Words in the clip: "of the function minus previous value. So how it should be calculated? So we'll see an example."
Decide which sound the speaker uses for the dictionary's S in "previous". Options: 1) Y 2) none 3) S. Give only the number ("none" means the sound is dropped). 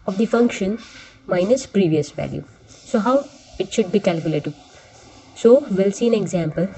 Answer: 3